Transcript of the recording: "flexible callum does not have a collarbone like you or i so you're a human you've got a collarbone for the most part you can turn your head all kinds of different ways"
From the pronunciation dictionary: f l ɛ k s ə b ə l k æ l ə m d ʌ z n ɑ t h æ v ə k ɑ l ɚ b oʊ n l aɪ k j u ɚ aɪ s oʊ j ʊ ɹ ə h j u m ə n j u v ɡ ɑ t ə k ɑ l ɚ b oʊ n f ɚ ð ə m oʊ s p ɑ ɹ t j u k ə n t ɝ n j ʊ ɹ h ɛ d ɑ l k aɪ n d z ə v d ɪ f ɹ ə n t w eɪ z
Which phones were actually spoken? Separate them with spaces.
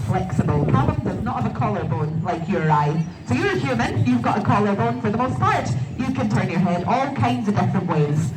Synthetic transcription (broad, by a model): f l ɛ k s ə b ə l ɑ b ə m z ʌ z n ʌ t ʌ v ə k ɑ l ɚ b oʊ n l aɪ k j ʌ ɚ aɪ s oʊ j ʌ ɹ ə h j u m ə n j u v ɡ ɑ t ə k ɑ l ɚ b oʊ n f ɚ ð ə m oʊ s p ɑ ɹ t j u k ə n t ɝ n j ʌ ɹ h ɛ d ɑ l k aɪ n d z ə v d ɪ f ɹ ə n t w eɪ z